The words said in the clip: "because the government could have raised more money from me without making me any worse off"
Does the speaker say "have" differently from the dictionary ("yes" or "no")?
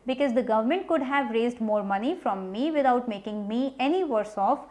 no